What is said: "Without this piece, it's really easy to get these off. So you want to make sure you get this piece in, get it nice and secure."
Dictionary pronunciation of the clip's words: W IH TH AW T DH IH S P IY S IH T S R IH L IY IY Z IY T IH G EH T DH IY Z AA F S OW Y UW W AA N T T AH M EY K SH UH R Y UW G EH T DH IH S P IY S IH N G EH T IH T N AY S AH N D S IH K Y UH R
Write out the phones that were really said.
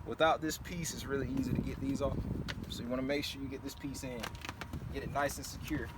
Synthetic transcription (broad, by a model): W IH TH AW T DH IH S P IY S IH T S R IH L IY IY Z IY T IH G EH T DH IY Z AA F S OW Y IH W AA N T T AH M EY K SH UH R Y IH G EH T DH IH S P IY S IH N G EH T IH T N AY S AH N S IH K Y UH R